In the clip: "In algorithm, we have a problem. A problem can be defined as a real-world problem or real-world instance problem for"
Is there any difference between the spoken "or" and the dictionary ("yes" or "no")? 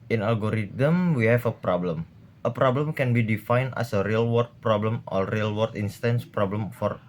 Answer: yes